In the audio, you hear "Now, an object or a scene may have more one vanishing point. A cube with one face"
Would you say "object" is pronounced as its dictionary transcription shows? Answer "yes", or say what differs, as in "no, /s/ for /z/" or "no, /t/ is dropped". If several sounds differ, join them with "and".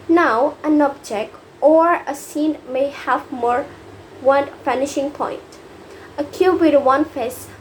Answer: yes